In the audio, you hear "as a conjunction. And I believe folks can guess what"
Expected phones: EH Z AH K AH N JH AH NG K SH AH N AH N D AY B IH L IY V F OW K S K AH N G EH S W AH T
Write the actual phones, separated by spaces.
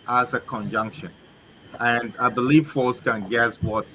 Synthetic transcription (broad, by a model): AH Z AH K AH N JH AH NG K SH AH N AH N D AY B IH L IY V F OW S K AH N G EH S W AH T